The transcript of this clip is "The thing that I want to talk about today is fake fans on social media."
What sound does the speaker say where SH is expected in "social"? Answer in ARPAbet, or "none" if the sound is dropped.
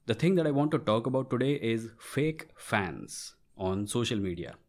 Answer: SH